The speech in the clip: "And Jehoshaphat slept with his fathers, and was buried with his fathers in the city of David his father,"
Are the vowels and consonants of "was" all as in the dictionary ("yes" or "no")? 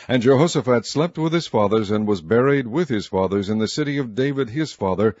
yes